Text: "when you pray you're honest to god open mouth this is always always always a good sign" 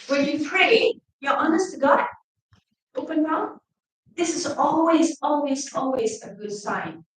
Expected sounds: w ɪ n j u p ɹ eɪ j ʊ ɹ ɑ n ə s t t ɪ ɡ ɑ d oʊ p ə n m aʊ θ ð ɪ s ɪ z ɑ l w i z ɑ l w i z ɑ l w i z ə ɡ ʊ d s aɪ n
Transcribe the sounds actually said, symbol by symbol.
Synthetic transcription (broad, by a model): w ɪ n j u p ɹ eɪ j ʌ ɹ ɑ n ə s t t ɪ ɡ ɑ oʊ p ə n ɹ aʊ ð ɪ s ɪ z ɑ l w i z ɑ l w i z ɑ l w i z ə ɡ ʊ d s aɪ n